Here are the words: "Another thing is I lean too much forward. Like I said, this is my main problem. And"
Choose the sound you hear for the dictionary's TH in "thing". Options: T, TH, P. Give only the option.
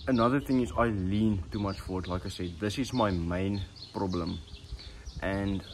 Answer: TH